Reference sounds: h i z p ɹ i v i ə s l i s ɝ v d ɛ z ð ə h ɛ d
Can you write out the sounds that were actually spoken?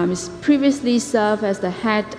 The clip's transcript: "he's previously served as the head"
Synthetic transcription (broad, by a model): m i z p ɹ i v i ə s l i s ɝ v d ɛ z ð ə h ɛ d